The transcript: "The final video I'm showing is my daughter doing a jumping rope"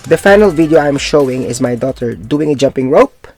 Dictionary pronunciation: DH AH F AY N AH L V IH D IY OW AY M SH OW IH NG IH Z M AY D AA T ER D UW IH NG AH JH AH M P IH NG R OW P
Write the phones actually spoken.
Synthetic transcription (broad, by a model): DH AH F AY N AH L V IH D IY OW AY M SH OW IH NG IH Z M AY D AA T ER D UW IH NG AH JH AH M P IH NG R OW P